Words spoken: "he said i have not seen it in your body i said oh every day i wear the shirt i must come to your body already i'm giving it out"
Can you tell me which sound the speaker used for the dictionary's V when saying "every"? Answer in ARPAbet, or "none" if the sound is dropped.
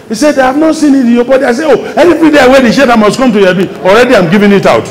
F